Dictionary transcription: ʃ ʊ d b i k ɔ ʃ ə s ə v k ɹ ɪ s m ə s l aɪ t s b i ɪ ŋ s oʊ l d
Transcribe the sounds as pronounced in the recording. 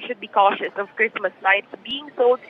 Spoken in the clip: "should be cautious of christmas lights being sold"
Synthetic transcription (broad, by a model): ʃ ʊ d b i k ɔ ʃ ə s ə v k ɹ ɪ s m ə s n aɪ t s b i ɪ ŋ s oʊ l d